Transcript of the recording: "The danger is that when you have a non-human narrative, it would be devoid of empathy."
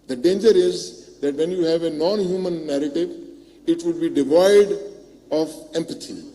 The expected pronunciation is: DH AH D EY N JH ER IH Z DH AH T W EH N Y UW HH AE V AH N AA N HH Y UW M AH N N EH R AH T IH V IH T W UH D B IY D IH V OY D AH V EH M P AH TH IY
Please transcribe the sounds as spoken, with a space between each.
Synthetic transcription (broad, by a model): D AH D EY N JH ER IH Z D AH T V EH N Y UW HH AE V AH N AA N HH Y UW M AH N N EH R AH T IH V IH T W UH D B IY D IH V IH D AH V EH M P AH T IY